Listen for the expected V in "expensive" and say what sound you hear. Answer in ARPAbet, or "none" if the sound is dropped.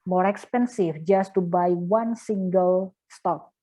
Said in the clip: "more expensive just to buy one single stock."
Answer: F